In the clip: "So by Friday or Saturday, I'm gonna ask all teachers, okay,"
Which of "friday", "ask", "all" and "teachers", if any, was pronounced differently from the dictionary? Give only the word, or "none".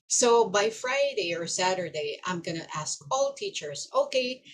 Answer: none